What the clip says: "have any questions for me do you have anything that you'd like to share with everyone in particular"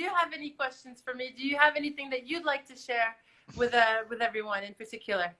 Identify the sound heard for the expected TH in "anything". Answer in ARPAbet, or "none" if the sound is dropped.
TH